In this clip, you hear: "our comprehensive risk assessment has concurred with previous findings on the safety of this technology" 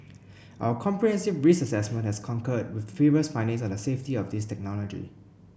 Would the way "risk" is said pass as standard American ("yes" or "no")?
no